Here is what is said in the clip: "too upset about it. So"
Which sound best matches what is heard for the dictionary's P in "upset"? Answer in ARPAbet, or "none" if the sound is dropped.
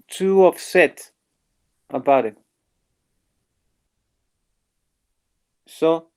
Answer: F